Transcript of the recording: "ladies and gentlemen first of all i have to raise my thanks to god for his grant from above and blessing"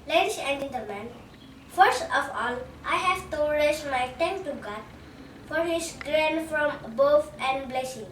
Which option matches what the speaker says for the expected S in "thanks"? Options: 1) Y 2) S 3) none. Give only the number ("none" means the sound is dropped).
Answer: 3